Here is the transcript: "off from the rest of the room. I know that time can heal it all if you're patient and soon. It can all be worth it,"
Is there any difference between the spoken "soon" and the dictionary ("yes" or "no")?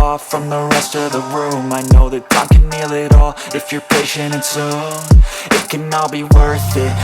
yes